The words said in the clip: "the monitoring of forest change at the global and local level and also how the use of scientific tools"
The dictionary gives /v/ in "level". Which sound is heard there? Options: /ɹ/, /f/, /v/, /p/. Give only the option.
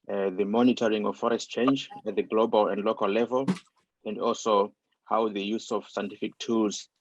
/v/